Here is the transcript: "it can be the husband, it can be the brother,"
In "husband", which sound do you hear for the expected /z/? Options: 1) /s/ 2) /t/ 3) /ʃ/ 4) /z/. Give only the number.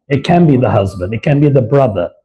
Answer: 4